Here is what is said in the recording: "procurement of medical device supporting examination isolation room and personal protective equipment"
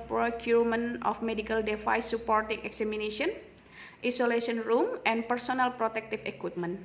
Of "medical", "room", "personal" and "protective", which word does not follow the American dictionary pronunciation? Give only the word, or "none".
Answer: protective